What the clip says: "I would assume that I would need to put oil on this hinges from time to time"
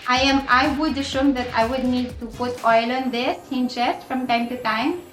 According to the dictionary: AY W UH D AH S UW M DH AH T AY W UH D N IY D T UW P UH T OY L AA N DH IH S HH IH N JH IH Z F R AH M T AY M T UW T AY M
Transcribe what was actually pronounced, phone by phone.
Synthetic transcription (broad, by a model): AY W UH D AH SH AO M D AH T AY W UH D N IY D T UW P UH T OY L AA N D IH S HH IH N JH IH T F R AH M T AY M T UW T AY M